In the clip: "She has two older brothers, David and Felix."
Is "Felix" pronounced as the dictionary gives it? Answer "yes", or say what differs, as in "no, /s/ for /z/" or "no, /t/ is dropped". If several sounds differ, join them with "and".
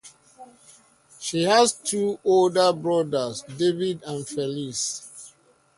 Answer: no, /k/ is dropped